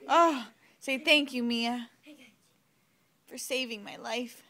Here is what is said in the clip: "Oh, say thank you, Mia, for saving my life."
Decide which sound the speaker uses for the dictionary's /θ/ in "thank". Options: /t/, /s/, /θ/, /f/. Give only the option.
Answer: /θ/